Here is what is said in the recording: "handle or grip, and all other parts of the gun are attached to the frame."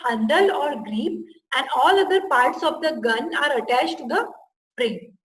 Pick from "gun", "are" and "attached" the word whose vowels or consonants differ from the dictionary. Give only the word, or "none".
none